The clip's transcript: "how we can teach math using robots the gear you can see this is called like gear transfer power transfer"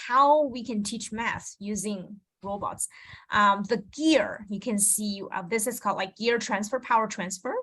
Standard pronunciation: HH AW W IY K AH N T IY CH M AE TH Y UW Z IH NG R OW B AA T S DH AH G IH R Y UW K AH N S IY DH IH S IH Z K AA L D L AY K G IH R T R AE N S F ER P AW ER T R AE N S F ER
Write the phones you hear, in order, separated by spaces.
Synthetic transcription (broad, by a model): HH AW W IY K AH N T IY CH M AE S Y UW Z IH NG R OW B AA T S DH AH G IH R Y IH K AH N S IY DH IH S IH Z K AA L D L AY K G IH R T R AE N S F ER P AW ER T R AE N S F ER